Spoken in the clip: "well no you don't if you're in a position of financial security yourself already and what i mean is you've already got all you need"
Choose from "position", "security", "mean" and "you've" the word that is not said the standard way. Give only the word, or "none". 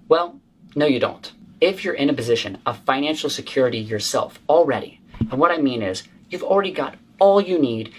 none